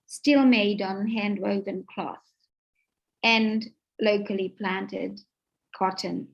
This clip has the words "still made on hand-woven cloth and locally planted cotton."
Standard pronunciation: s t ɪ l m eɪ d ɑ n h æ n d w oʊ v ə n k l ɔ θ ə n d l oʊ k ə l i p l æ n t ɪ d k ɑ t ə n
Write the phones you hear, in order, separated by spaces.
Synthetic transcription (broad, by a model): s t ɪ l m eɪ d n h æ n d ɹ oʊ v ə n k l ɔ θ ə n l oʊ k ə l i p l æ n t ɪ d k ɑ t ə n